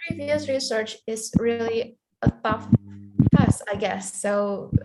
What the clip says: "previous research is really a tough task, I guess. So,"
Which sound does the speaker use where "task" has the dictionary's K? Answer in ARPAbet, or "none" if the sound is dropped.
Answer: none